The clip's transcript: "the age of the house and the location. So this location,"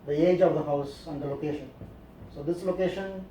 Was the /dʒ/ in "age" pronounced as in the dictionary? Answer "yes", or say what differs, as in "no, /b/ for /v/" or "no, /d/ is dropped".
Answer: yes